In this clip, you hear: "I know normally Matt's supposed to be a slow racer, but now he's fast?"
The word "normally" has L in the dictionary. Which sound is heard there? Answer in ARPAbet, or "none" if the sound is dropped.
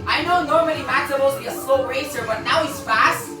N